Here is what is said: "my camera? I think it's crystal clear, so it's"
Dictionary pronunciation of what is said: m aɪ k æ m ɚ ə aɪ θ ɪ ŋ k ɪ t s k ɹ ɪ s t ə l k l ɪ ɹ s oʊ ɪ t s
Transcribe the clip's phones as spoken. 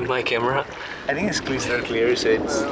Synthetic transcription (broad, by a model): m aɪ k æ m ɚ ə aɪ θ ɪ ŋ k ɪ t s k l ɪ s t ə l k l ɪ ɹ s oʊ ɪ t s